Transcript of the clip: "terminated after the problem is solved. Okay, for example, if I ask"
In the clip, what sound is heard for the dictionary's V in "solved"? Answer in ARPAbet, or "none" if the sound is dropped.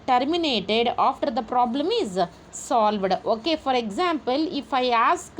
V